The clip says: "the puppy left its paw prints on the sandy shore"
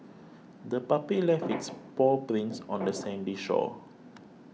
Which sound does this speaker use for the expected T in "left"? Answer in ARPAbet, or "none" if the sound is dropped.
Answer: none